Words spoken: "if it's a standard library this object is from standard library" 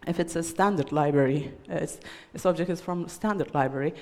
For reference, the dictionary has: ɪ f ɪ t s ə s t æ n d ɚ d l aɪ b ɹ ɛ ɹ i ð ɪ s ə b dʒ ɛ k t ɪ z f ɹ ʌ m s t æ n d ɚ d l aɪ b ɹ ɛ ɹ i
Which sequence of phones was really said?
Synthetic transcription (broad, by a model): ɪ f ɪ t s ə s t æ n d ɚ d l aɪ b ɹ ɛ ɹ i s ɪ s ə b dʒ ɛ k t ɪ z f ɹ ʌ m s t æ n d ɚ d l aɪ b ɹ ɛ ɹ i